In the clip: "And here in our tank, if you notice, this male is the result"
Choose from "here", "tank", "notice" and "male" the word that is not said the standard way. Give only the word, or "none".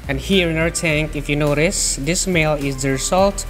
none